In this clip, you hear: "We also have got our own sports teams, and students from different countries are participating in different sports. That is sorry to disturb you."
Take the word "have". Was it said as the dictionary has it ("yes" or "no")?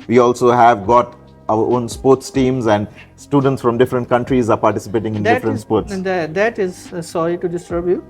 yes